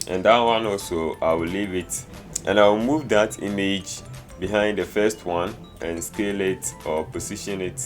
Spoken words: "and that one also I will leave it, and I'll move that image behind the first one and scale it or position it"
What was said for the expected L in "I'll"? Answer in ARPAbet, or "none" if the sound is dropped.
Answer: W